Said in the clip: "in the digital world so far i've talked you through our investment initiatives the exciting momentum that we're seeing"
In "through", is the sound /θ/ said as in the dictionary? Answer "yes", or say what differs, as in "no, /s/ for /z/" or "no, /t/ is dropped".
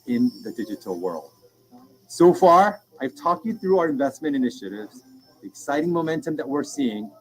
yes